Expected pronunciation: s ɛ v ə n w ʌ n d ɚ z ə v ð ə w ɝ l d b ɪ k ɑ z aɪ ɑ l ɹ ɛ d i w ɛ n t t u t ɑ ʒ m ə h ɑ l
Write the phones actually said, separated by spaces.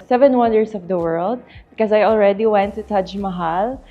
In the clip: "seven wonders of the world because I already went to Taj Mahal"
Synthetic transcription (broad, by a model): s ɛ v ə n w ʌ n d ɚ s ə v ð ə w ɝ l d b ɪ k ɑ s aɪ ɑ l ɹ ɛ d i w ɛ n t t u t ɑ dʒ m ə h ɑ l